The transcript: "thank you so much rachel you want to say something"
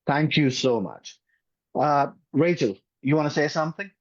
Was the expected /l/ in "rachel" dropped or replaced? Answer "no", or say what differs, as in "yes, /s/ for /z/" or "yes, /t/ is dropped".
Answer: no